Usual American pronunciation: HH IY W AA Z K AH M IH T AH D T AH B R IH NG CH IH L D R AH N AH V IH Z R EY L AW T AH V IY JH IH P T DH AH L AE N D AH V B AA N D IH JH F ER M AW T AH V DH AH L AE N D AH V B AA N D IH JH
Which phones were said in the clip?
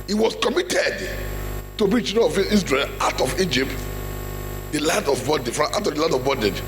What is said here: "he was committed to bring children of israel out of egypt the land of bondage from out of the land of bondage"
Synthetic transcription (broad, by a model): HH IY W AA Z K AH M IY T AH D T AH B IY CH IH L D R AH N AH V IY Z R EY L AW T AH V IY JH IH P T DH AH L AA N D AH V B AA D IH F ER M AW T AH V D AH L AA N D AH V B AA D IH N